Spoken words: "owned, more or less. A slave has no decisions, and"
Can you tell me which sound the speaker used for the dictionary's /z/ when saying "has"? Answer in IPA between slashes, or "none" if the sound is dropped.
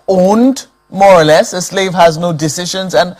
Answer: /z/